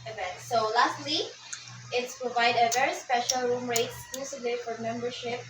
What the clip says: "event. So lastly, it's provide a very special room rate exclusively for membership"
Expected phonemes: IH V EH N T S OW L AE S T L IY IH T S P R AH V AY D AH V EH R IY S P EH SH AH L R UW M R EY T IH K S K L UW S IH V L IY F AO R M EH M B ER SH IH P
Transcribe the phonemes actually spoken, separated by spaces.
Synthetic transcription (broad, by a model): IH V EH N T S OW L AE S T W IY IH T S P R AH V AY D AH V EH R IY S P EH SH AH L R UW M R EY IH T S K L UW S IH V L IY F AO R M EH M B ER SH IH P